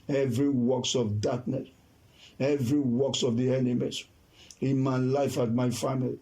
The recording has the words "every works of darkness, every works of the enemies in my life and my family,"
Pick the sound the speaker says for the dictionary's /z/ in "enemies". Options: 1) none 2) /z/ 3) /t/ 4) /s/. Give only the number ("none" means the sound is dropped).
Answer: 4